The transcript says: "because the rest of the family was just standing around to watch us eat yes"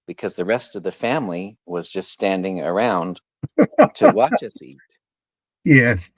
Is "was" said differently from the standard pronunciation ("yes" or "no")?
no